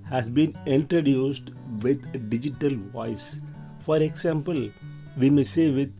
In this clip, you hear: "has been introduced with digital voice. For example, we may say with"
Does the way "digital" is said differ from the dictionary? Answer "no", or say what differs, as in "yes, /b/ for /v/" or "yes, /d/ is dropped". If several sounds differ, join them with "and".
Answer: no